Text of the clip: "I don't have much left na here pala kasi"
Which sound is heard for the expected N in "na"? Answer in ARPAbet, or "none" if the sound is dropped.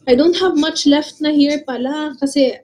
N